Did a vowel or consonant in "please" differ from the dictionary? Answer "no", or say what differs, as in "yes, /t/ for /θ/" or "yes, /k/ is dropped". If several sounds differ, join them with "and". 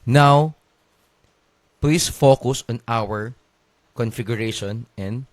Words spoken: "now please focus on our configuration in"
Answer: yes, /s/ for /z/